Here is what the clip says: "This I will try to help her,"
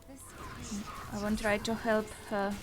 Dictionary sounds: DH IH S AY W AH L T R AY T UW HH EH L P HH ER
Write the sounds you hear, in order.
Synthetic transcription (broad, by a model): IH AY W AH N T R AY T UW HH EH L P HH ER